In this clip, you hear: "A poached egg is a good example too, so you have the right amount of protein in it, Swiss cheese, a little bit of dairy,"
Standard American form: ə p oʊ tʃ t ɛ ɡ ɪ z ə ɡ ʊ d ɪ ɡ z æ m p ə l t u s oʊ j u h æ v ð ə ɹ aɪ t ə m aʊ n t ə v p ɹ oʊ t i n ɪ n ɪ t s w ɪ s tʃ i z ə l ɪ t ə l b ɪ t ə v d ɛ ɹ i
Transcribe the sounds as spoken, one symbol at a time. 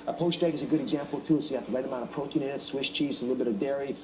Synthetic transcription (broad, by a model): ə p oʊ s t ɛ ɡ ɪ z ə ɡ ʊ d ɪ ɡ z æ m p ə l t u s oʊ j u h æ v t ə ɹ aɪ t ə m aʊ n ə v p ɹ oʊ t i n ɪ n ɪ t s w ɪ ʃ tʃ i z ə l ɪ t l b ɪ t ə v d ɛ ɹ i